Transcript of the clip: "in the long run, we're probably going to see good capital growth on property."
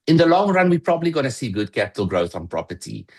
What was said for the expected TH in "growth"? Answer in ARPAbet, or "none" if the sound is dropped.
TH